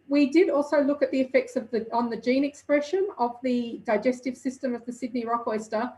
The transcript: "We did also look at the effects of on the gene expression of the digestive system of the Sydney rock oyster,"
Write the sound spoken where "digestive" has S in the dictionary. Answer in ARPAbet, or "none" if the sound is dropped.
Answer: S